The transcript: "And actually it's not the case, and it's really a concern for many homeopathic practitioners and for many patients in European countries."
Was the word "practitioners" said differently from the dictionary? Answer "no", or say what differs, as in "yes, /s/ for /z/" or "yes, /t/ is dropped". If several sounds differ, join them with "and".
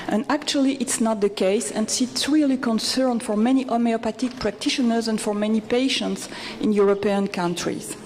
no